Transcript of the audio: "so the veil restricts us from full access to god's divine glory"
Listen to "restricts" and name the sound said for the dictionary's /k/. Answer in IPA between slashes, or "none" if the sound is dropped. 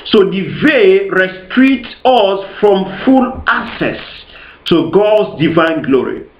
none